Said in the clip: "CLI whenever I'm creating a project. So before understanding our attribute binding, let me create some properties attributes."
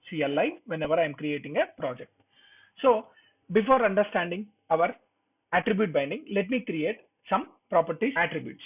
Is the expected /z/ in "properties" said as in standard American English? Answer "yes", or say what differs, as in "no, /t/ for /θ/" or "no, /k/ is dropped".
no, /z/ is dropped